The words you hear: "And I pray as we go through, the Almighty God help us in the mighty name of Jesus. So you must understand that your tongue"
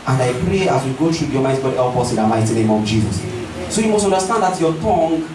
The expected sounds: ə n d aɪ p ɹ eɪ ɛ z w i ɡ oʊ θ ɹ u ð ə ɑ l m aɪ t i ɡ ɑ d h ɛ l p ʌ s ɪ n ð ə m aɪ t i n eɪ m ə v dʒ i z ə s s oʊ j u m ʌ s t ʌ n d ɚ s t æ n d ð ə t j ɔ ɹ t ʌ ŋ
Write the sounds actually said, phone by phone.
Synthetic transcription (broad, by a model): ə n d aɪ p ɹ eɪ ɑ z w i ɡ oʊ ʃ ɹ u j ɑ m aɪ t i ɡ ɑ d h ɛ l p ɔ s ɪ n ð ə m aɪ t i n eɪ m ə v dʒ i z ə s s oʊ j u m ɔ s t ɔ n d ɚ s t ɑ n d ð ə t j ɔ t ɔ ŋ